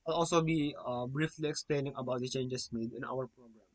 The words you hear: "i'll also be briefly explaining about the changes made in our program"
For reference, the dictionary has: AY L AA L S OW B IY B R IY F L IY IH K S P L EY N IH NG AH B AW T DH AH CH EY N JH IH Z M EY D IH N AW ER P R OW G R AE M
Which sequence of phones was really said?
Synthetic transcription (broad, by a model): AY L AA L S OW B IY B R IY F L IY IH K S P L EY N IH NG AH B AW T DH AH CH EY N JH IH S M EY D IH N AW ER P R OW G R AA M